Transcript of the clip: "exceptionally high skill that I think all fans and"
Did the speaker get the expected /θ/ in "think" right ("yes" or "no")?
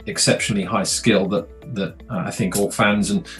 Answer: yes